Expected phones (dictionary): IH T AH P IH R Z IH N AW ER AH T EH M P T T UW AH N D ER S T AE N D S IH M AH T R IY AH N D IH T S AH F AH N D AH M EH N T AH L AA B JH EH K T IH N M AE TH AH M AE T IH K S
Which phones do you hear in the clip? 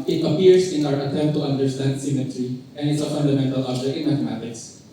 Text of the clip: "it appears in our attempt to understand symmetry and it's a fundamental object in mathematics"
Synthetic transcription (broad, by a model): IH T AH P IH R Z IH N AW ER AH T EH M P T T UW AH N D ER S T AE N D S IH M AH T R IY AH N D IH T S AH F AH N D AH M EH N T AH L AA JH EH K IH N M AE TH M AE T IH K S